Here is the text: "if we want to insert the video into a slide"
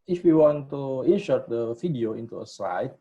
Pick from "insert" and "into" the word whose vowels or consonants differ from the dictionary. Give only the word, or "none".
insert